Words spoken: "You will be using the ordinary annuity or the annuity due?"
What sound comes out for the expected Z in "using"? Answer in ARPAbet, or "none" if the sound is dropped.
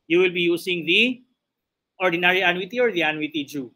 S